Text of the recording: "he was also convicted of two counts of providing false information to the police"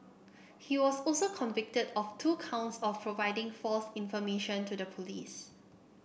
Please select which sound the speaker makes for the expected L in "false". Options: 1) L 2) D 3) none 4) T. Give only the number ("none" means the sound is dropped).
1